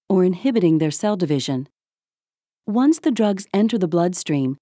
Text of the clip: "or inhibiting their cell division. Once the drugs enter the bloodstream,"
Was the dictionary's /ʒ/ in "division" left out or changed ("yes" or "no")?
no